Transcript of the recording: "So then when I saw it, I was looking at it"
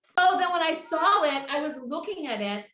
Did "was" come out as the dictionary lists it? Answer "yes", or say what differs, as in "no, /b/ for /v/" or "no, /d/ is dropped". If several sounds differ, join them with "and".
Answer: yes